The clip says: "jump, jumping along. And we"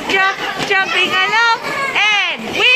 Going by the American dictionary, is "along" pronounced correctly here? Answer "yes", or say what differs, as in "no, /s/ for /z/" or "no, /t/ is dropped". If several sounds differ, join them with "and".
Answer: no, /n/ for /l/